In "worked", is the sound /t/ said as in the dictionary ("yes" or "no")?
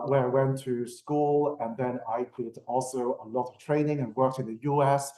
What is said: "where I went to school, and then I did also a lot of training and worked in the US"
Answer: yes